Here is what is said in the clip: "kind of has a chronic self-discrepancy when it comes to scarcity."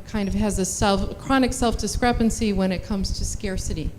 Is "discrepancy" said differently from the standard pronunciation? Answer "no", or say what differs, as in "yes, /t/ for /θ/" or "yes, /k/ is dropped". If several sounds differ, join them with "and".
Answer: no